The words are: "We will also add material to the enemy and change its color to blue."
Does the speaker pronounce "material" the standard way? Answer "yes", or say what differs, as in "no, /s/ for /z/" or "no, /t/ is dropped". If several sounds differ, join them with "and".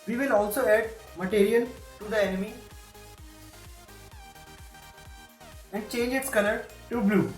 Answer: no, /n/ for /l/